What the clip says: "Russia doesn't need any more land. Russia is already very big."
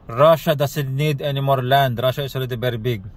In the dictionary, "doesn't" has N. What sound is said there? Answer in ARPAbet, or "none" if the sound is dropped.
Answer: L